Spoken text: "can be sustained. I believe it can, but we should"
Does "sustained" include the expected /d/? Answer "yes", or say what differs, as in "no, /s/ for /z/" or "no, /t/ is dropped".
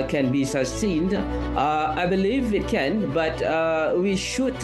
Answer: yes